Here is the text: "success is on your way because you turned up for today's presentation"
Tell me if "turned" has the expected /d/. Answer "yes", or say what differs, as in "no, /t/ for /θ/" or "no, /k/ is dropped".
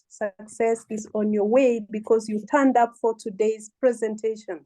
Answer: yes